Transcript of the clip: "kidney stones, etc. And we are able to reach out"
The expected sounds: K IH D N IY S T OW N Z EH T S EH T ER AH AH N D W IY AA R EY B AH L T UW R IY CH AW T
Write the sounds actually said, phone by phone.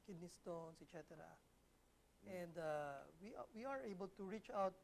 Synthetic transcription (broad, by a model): K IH D N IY S T OW N S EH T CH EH T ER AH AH N D W IY AA R EY B AH L T UW R IY CH AW T